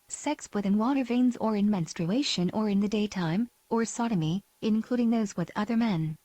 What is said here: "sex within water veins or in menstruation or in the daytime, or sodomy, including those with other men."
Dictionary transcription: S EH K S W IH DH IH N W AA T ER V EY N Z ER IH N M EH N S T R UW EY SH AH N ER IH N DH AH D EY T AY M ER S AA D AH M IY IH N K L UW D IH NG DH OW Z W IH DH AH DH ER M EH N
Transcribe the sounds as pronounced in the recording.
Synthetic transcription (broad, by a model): S EH K S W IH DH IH N W AA T ER V EY N Z ER IH N M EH N S T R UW EY SH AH N ER IH N DH AH D EY T AY M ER S AA D AH M IY IH N K L UW D IH NG DH OW Z W IH DH AH DH ER M EH N